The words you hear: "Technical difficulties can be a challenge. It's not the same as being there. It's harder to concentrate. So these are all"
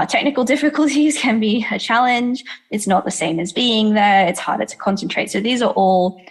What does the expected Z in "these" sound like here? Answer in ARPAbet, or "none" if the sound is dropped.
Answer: Z